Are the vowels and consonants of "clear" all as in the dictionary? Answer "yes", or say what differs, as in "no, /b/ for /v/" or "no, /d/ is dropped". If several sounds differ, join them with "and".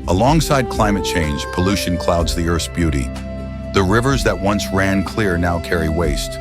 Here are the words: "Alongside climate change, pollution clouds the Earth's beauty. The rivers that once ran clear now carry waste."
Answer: yes